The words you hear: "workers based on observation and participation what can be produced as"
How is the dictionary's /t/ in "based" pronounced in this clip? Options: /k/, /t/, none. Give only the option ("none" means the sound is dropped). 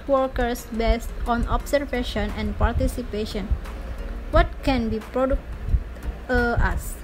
/t/